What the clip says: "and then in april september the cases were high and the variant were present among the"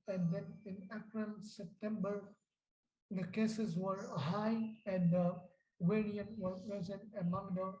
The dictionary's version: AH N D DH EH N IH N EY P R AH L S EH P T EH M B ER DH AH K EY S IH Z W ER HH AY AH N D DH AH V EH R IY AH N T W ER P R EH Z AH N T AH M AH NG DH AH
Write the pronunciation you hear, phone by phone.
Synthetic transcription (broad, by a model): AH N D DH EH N IH N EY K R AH N S EH P T EH M B ER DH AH K EY S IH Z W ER HH AY AH N D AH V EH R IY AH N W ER P R EH Z AH N T AH M AH NG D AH